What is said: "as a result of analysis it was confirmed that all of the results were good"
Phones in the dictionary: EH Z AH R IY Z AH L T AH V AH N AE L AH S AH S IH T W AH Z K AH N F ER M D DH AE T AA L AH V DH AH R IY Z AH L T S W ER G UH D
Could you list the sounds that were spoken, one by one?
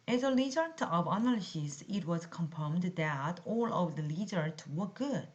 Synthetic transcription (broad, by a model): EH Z AH L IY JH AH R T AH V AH N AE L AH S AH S IH T W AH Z K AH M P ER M D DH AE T AA L AH V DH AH L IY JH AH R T W ER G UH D